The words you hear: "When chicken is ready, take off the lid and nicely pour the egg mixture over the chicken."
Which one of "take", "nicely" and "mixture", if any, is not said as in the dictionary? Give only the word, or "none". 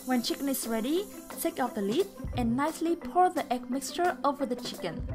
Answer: none